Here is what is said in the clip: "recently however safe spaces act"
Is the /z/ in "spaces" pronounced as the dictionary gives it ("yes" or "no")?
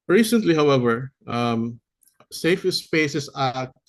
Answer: no